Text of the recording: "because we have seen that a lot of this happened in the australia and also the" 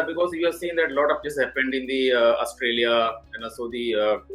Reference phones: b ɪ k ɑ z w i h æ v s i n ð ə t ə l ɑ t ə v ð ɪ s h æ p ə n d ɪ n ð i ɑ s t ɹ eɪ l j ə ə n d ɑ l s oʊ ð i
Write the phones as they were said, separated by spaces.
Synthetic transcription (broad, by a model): b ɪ k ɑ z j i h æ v s i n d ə t l ɑ t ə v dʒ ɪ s h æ p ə n d ɪ n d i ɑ s t ɹ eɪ l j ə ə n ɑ s oʊ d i